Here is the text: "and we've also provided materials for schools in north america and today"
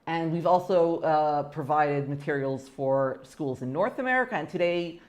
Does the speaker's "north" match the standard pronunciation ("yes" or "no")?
yes